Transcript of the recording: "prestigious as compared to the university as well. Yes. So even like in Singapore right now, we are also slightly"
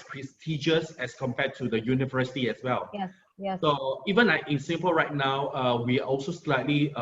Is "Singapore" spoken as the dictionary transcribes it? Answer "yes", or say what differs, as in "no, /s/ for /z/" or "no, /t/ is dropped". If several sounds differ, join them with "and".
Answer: no, /l/ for /ɹ/